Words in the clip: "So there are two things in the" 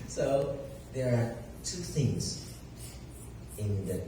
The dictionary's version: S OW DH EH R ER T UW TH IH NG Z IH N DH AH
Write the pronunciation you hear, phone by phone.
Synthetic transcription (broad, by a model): S OW DH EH R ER T UW TH IH NG Z IH N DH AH